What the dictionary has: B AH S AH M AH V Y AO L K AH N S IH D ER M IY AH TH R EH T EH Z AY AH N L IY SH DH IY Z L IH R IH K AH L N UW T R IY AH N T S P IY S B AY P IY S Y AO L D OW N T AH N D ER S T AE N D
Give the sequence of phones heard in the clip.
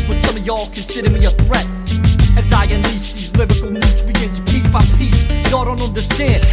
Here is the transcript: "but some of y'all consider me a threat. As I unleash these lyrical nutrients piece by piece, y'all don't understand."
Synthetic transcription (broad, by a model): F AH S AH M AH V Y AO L K AH N S IH D ER M IY AH TH R EH T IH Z AY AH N L IY S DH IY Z L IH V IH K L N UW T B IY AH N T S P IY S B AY P IY S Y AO D OW N T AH N D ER S T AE N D